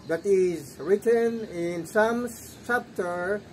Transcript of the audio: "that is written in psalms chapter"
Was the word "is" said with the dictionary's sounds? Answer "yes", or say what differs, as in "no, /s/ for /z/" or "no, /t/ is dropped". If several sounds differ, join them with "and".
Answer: yes